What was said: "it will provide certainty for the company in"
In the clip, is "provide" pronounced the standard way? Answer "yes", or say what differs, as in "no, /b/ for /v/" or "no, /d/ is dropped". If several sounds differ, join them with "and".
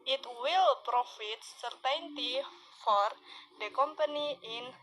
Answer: no, /f/ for /v/